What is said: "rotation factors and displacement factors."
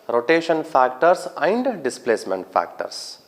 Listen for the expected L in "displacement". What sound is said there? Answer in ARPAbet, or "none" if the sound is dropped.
L